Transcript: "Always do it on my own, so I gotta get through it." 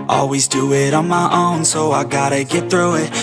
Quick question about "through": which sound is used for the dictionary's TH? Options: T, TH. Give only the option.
TH